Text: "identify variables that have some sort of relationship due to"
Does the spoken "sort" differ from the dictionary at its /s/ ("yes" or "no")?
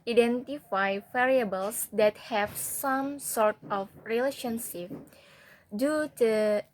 no